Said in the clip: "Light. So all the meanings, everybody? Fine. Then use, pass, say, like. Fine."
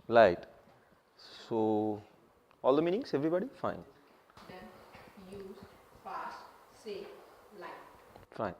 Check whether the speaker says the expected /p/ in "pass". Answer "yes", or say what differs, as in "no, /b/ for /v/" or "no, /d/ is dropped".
no, /f/ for /p/